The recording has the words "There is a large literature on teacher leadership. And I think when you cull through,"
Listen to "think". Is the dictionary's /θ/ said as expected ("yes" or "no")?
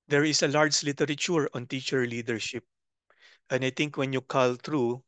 no